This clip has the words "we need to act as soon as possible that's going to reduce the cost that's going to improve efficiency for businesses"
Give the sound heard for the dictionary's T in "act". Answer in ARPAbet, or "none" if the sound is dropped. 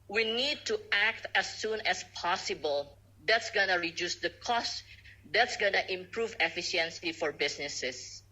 T